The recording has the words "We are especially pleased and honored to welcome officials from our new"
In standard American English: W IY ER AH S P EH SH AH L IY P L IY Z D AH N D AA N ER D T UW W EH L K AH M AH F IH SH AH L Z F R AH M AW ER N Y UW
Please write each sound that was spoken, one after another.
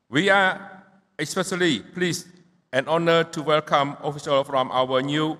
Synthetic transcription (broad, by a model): W IY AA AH S P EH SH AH L IY P L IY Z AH N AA N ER T UW W EH L K AH M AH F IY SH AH L F R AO M AW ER N Y UW